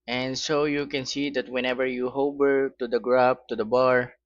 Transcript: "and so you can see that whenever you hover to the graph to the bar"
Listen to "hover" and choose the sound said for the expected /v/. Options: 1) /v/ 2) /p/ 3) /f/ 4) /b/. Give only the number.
4